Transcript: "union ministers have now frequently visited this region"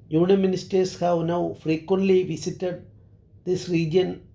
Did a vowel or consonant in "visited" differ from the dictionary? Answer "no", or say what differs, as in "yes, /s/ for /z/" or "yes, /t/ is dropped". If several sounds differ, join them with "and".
yes, /s/ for /z/